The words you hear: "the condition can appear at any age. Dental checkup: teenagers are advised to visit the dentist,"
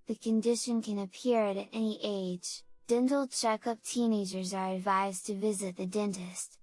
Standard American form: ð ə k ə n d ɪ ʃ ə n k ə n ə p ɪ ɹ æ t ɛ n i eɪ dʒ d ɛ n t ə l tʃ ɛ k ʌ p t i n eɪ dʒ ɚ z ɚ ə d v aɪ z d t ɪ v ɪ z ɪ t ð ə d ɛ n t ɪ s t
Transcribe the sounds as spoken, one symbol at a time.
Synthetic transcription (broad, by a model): ð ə k ə n d ɪ ʃ ə n k ə n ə p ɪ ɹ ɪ t ɛ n i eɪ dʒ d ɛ n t l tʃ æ k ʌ p t i n eɪ dʒ ɚ z ɚ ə d v aɪ z t ɪ v ɪ z ɪ t ð ə d ɛ n t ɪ s t